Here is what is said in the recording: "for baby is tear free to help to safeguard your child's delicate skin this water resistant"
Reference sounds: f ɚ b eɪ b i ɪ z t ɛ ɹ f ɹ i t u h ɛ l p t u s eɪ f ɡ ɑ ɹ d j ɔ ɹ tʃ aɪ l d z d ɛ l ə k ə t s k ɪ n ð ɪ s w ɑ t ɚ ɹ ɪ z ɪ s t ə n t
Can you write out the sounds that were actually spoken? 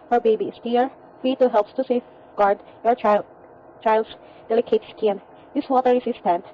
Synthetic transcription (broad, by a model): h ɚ b eɪ b i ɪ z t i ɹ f i t u h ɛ l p t u s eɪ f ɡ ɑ ɹ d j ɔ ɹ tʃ aɪ l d s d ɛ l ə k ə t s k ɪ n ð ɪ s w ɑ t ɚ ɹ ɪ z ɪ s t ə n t